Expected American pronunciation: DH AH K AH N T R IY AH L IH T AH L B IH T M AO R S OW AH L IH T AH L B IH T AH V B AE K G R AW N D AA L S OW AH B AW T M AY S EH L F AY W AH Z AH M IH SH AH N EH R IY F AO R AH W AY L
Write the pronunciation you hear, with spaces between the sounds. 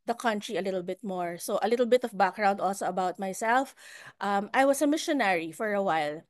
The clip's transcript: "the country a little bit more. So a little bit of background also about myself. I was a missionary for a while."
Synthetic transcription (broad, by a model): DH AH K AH N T R IY AH L IH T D L B IH T M AO R S OW AH L IH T L B IH T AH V B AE K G R AW N D AA L S OW AH B AW T M AY S EH L F AY W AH S AH M IH SH AH N EH R IY F AO R AH W AY L